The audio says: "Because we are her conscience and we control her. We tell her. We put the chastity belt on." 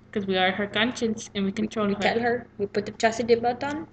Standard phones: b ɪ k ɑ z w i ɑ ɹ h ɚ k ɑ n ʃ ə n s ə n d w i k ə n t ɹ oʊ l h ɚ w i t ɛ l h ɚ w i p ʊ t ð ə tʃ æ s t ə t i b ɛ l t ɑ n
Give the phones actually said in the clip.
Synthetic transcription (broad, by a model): k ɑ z w i ɑ ɹ h ɚ k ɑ n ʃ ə n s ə n w i k ə n t ɹ oʊ l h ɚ t ɛ l h ɚ w i p ʊ t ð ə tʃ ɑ s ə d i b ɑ t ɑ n